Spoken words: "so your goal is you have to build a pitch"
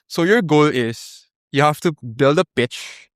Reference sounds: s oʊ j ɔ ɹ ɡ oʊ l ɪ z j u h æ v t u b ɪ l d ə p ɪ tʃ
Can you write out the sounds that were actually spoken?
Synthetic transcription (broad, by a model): s oʊ j ɔ ɹ ɡ oʊ l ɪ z j u h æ f t u b ɪ l d ə p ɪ tʃ